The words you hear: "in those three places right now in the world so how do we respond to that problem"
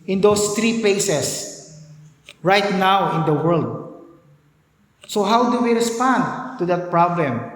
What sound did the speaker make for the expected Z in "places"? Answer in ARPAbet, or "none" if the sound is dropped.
S